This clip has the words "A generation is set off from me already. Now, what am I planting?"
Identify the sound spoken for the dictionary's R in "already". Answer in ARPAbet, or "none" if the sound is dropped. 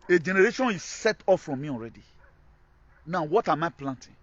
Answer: R